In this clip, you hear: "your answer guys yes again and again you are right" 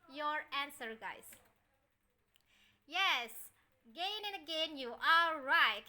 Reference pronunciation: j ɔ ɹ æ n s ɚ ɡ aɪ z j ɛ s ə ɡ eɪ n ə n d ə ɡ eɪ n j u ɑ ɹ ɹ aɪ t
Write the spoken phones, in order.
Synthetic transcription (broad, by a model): j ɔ ɹ æ n s ɚ ɡ aɪ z j ɛ s ɡ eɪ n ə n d ə ɡ eɪ n j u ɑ l ɹ aɪ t